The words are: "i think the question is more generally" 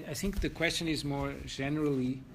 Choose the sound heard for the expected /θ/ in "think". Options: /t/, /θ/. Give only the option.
/θ/